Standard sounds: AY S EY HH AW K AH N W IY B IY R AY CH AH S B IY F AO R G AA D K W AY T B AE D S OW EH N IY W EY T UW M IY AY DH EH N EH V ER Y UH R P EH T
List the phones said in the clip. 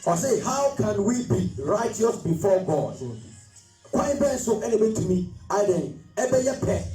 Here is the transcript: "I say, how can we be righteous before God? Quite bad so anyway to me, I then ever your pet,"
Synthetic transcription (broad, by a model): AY S EY HH AW K AH N W IY B IY R AY CH AH S B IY F AO G AA D K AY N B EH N S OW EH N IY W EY T UW M IY AY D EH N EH B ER Y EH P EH